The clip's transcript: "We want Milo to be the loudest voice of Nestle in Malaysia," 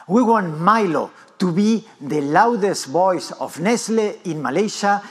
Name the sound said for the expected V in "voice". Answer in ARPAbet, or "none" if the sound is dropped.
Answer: B